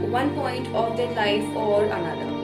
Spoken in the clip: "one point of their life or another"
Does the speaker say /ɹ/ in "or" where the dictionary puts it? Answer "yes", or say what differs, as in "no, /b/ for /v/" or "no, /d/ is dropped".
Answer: no, /l/ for /ɹ/